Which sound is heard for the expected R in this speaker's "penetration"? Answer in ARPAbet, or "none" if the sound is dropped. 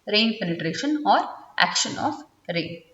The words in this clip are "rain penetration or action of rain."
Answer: R